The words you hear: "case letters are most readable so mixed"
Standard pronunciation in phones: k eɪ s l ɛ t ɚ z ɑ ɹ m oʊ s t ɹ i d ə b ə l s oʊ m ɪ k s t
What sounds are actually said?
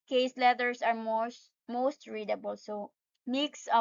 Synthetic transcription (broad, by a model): k eɪ s l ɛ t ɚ s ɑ ɹ m oʊ s t ɹ i d ə b ə l s oʊ m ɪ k s